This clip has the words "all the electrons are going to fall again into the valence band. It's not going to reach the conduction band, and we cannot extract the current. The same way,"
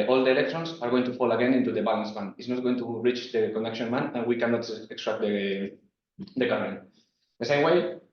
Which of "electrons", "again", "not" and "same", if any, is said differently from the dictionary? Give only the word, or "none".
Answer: electrons